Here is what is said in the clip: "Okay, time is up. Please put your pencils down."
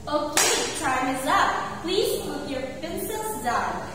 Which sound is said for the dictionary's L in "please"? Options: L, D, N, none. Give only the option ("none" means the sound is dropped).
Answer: L